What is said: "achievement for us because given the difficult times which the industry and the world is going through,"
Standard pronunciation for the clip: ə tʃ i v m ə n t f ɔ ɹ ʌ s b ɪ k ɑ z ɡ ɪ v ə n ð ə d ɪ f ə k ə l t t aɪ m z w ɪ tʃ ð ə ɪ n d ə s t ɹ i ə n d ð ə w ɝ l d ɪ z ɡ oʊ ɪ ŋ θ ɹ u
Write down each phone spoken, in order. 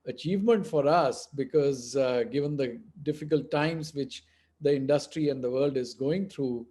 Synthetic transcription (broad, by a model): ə tʃ i v m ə n t f ɔ ɹ ʌ s b ɪ k ɑ z ɡ ɪ v ə n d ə d ɪ f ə k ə l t t aɪ m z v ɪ tʃ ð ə ɪ n d ə s t ɹ i ə n d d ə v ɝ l d ɪ z ɡ oʊ ɪ ŋ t ɹ u